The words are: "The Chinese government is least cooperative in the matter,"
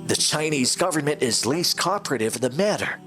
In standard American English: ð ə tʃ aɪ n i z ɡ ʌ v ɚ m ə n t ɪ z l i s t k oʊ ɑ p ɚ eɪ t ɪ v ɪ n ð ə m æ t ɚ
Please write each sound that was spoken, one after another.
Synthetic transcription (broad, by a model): ð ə tʃ aɪ n i z ɡ ʌ v ɚ m ə n t ɪ z l i s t k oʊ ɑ p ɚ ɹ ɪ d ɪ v ð ə m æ t ɚ